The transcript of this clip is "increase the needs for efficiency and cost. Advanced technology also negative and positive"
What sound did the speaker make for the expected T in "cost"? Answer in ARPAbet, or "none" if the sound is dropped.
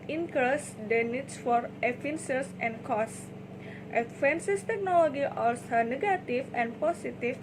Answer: T